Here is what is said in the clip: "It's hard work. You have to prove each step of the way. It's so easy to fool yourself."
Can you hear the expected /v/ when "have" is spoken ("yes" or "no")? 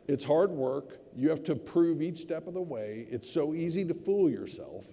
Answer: no